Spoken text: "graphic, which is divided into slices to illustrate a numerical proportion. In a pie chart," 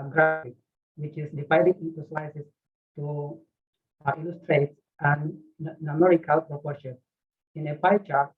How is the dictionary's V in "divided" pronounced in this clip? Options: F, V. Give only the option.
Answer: F